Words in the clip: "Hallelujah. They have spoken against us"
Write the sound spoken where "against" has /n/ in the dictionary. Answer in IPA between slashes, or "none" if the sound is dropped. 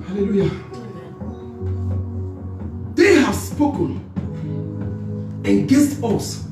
none